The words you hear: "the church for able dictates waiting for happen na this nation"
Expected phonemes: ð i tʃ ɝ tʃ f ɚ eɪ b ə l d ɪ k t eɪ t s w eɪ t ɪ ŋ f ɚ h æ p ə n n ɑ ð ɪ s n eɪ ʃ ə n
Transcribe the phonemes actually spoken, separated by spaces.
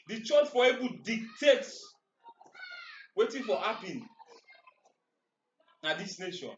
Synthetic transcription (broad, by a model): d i tʃ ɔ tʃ f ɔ eɪ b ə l d ɪ k t eɪ t s w eɪ t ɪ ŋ f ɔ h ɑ p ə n n ɑ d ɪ s n eɪ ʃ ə n